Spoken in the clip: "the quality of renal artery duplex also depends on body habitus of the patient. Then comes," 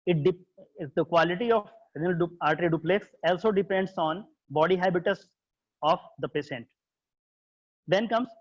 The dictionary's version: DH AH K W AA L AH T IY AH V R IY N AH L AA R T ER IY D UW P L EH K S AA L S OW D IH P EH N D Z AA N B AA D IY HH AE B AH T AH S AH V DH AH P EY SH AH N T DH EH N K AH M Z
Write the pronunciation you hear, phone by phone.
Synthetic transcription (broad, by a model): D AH K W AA L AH T IY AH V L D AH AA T T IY D UW P L EH K S AA L S OW D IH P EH N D S AA N B AA D IY HH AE B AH T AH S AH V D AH P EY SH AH N T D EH N K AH M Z